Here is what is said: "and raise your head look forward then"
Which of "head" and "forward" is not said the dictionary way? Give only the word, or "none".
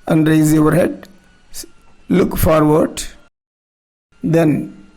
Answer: none